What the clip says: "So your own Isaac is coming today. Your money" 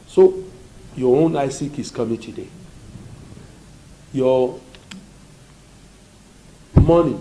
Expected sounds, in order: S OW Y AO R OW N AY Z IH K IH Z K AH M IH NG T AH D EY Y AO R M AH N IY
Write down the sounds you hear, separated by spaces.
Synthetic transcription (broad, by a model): S OW Y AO OW N AY S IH K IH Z K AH M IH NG T AH D EY Y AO M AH N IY